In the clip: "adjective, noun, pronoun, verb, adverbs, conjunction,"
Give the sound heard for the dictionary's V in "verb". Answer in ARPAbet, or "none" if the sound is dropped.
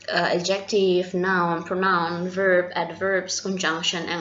V